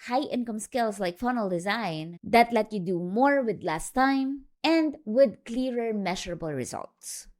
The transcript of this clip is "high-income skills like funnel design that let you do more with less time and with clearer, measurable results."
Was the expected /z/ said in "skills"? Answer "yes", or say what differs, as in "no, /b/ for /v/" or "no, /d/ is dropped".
no, /s/ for /z/